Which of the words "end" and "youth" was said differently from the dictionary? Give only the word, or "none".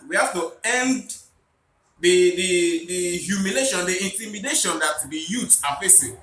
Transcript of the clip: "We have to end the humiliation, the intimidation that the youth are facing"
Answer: youth